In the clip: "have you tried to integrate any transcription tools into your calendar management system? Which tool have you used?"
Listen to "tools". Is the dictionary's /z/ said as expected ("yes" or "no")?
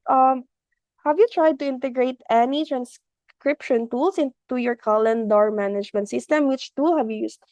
no